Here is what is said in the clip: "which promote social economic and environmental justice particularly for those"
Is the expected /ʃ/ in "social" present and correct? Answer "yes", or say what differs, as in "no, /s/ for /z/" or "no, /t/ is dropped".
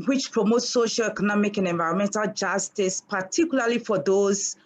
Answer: yes